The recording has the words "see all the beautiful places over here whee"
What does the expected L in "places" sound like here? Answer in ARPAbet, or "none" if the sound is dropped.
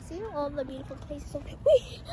none